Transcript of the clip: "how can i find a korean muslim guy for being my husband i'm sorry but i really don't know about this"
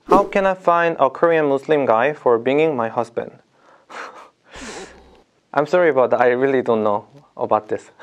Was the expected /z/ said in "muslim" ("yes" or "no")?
no